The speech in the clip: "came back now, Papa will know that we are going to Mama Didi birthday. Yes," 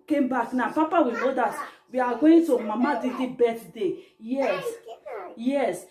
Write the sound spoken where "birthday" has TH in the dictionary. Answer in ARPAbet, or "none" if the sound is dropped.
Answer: T